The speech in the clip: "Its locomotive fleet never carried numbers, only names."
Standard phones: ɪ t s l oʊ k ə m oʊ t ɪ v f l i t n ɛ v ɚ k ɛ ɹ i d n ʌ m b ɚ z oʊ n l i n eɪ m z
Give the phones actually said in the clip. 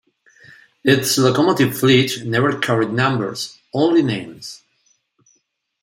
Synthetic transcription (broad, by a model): ɪ t s l oʊ k ə m oʊ t ɪ v f l i t n ɛ v ɚ k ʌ ɹ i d n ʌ m b ɚ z oʊ n l i n eɪ m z